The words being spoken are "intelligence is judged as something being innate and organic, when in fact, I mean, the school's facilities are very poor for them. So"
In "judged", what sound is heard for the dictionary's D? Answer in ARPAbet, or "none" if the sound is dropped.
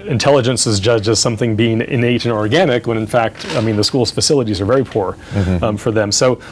none